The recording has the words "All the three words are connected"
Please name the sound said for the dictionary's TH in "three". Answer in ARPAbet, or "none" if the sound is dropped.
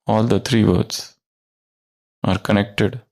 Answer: T